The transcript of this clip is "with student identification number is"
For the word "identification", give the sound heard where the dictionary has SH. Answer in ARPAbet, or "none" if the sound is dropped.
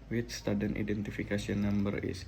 S